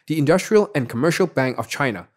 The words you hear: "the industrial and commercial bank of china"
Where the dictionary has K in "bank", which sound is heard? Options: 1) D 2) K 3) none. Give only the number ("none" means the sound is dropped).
2